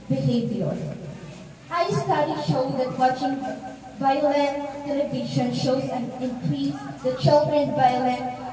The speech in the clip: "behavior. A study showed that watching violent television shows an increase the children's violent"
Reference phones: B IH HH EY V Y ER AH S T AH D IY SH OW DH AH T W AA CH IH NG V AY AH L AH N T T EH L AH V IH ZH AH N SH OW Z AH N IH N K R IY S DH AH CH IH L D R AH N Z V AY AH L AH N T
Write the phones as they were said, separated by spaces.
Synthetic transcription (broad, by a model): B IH HH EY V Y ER AH S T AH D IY SH OW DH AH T W AA CH IH NG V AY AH L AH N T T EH L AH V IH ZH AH N SH OW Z AH N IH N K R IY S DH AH CH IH L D R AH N V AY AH L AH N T